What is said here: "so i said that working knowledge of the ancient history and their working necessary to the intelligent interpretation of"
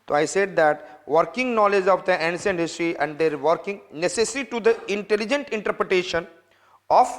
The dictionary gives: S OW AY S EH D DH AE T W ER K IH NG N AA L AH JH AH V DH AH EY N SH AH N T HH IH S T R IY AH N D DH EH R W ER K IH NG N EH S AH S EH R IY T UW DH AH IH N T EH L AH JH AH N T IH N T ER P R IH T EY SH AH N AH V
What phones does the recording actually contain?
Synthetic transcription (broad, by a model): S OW AY S EH D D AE T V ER K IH NG N AA L AH JH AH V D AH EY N S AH N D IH S T R IY AH N D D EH R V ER K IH NG N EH S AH S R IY T UW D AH IH N T EH L AH JH AH N T IH N T ER P R IH T EY SH AH N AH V